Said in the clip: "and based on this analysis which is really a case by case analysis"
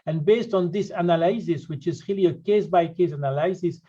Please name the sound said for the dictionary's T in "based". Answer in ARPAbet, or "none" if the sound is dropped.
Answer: T